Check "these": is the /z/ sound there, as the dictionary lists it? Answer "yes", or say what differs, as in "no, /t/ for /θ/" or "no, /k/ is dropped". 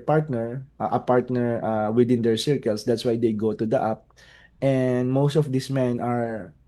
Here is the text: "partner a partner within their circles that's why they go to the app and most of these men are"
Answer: no, /s/ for /z/